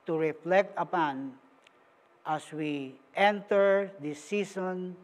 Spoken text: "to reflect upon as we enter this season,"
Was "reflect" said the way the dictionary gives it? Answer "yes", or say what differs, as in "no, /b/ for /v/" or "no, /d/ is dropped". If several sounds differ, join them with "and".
yes